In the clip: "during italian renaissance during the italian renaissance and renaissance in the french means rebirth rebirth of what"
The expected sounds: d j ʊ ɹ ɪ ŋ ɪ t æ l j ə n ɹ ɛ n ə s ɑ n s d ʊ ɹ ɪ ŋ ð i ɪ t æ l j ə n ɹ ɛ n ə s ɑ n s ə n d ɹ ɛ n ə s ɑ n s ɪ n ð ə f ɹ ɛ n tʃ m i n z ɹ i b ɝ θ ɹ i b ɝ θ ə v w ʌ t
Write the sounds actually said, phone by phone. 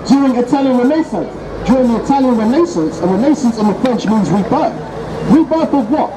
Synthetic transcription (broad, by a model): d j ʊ ɹ ɪ ŋ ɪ t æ l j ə n ɹ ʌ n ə s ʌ n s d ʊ ɹ ɪ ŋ ð i ɪ t æ l j ə n ɹ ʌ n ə s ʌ n s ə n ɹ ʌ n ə s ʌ n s ɪ n ð ə f ɹ ɛ n tʃ m i n z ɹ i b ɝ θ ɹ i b ɝ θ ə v w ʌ t